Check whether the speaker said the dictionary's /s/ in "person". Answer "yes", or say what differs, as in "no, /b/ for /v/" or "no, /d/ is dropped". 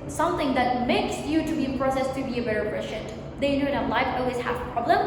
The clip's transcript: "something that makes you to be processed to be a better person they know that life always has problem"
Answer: no, /ʃ/ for /s/